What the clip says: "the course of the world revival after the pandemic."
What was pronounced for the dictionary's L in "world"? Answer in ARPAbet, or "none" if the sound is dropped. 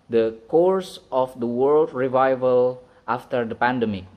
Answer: L